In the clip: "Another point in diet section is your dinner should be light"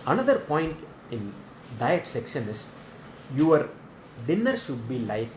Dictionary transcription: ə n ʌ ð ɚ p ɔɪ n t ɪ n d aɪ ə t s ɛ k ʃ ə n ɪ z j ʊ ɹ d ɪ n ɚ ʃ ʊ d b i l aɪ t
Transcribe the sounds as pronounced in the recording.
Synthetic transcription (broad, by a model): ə n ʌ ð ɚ p ɔɪ n t ɪ n d aɪ ə t s ɛ k ʃ ə n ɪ s j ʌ ɹ d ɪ n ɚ ʃ ʊ d b i l aɪ t